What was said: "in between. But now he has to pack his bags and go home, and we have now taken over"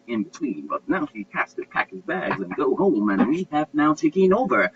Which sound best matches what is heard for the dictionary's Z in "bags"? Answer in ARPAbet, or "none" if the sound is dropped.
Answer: Z